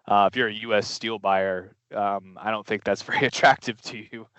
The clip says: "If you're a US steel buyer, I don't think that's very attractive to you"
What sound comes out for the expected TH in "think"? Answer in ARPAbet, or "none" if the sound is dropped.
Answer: TH